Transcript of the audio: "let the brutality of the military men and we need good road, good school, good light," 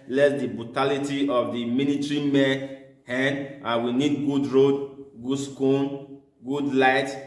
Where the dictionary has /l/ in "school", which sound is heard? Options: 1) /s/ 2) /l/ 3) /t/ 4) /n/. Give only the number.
4